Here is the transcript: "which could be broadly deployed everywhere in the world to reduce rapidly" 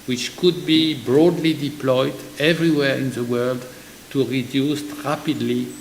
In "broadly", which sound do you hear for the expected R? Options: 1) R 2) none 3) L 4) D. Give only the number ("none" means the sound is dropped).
1